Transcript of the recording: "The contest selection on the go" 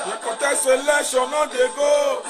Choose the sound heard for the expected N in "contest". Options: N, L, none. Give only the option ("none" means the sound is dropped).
none